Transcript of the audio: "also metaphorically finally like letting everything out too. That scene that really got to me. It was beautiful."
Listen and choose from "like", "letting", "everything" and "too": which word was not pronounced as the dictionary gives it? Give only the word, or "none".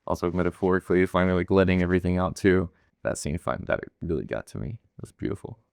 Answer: none